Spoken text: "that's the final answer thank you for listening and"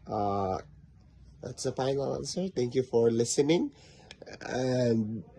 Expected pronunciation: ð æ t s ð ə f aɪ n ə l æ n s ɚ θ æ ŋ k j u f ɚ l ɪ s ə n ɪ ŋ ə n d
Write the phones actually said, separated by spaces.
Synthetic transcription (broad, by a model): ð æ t s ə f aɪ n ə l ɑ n s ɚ t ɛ ŋ k j u f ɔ l ɪ s ə n ɪ ŋ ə n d